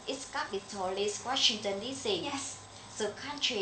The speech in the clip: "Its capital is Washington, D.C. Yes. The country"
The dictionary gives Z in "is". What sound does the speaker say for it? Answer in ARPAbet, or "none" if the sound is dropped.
S